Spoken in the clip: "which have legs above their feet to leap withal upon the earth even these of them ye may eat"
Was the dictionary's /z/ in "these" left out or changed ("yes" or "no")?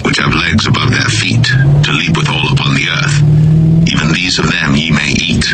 no